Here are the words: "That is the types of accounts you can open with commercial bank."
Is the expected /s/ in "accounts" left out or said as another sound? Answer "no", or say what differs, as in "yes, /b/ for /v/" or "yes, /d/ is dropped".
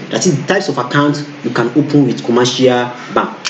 yes, /s/ is dropped